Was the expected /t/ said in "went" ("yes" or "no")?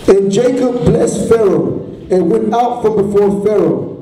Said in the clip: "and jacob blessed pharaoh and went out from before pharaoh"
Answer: yes